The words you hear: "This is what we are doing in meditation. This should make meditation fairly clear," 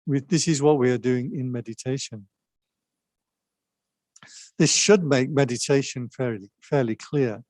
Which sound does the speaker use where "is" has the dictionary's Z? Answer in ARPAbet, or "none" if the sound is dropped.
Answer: Z